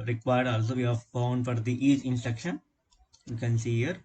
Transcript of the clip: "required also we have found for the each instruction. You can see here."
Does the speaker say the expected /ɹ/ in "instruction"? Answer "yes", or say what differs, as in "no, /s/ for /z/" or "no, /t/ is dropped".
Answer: no, /ɹ/ is dropped